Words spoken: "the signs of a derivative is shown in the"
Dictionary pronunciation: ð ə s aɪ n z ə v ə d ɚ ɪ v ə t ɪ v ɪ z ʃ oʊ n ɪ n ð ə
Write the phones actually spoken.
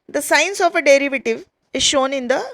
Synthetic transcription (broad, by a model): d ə s aɪ n s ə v ə d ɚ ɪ v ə t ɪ v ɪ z ʃ oʊ n ɪ n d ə